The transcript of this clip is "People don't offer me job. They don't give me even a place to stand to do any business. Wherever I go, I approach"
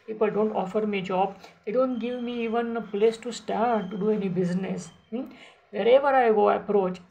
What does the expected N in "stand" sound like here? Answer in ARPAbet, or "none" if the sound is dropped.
none